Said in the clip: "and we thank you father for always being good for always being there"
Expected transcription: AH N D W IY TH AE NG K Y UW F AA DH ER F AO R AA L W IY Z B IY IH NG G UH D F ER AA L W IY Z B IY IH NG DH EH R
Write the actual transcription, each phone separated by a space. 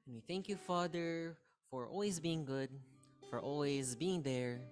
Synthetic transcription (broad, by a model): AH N W IY TH AE NG K Y UW F AA DH ER F AO R AA L W IY Z B IY IH NG G UH D F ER AA L W IY Z B IY IH NG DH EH R